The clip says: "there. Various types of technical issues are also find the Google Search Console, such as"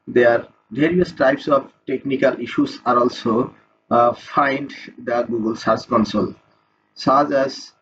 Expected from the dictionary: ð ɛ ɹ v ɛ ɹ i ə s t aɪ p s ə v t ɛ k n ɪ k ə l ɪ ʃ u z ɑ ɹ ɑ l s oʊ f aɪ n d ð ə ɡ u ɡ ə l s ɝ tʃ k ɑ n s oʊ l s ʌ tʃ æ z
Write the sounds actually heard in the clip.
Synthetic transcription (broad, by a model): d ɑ ɹ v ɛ ɹ i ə s t aɪ p s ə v t ɛ k n ɪ k ə l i ʃ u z ɑ ɹ ɑ l s oʊ f aɪ n d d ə ɡ u ɡ ə l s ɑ s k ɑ n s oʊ l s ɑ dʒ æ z